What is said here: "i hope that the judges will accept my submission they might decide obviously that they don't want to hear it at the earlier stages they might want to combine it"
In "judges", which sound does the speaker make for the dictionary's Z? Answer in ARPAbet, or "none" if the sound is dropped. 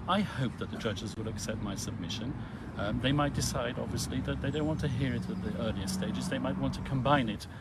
Z